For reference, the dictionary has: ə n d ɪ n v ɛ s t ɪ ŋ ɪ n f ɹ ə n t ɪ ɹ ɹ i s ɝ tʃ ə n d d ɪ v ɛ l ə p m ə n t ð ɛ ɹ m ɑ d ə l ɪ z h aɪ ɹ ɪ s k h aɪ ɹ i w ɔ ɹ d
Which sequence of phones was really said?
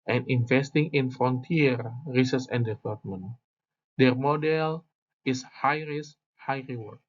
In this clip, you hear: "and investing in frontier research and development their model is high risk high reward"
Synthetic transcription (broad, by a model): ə n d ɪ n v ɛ s t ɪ ŋ ɪ n f ɹ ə n t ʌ ɹ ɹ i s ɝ s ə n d d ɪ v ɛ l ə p m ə n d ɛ ɹ m ɑ d ə l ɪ s h aɪ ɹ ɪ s h aɪ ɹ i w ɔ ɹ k